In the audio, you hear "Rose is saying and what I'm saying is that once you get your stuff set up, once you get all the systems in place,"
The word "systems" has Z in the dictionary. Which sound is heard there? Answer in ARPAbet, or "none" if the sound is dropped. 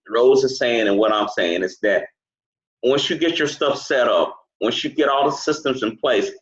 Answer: Z